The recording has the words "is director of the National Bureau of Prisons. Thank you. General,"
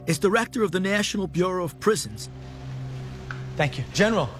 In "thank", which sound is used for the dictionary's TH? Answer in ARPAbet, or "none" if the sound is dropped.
TH